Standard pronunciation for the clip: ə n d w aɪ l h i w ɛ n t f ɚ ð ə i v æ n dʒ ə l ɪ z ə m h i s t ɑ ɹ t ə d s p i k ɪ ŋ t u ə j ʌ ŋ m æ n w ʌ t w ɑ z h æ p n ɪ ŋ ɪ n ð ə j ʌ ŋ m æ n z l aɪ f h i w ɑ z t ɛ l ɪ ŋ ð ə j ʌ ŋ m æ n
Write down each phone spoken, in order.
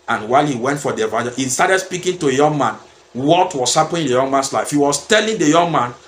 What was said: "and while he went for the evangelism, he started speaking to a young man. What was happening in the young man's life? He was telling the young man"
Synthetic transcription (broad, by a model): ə n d w aɪ l h i w ɛ n t f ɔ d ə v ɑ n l h i s t ɑ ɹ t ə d s p i k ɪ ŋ t u ə j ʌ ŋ m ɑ n w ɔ t w ɑ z h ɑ p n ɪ ɪ n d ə j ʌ ŋ m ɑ n s l aɪ f h i w ɑ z t ɛ l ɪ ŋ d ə j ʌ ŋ m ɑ n